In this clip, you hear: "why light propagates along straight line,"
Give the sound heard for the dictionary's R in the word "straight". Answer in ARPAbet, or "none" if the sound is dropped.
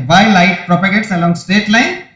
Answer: none